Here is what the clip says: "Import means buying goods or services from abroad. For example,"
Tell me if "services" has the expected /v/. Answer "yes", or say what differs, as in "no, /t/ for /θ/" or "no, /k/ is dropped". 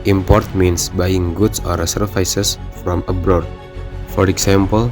no, /f/ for /v/